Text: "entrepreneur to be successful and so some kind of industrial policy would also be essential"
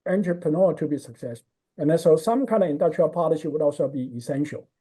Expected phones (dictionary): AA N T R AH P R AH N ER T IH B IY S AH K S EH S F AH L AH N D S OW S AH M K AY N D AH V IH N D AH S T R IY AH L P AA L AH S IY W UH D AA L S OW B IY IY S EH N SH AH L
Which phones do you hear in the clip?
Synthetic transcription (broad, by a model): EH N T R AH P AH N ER T IH B IY S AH K S EH S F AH N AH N S OW S AH M K AY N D AH V IH N D AH S T R IY AH L P AA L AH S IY W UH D AA L S OW B IY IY S EH N SH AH L